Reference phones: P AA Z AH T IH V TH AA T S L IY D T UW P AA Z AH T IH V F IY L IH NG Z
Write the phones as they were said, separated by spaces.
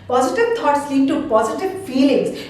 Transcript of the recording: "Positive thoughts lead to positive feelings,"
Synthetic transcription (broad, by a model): P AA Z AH T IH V T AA T S L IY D T UW P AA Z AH T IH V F IY L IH NG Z